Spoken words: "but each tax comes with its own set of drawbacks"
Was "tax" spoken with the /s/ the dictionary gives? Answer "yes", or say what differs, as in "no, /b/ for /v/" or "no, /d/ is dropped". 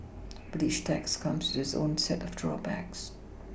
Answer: yes